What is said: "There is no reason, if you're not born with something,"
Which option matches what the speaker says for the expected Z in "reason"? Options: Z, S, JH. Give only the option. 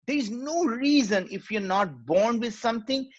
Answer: Z